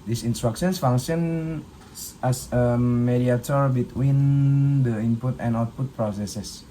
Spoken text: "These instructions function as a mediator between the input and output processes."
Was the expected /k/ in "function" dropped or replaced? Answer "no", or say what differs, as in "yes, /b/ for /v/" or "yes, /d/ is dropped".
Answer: yes, /k/ is dropped